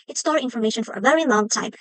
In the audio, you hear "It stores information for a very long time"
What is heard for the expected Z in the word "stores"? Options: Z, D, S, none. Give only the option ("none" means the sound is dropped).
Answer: none